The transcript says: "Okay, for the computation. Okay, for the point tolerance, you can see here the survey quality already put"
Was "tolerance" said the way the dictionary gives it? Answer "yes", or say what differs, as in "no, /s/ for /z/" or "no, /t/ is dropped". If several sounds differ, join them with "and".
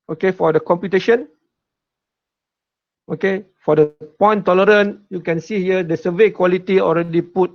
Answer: no, /s/ is dropped